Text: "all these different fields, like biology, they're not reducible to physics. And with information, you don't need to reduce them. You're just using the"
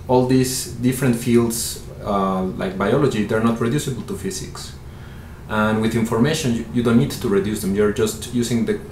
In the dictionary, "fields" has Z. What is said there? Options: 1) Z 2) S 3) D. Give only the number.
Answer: 2